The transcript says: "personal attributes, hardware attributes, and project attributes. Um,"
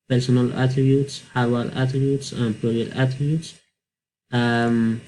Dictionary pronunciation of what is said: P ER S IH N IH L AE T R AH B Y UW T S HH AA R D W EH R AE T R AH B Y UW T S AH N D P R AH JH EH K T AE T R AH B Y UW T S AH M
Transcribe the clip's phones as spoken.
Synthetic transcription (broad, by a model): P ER S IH N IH L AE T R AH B Y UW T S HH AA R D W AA L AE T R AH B Y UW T S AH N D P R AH EH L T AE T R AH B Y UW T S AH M